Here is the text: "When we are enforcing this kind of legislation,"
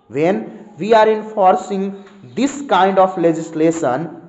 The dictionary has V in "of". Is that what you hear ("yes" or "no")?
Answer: no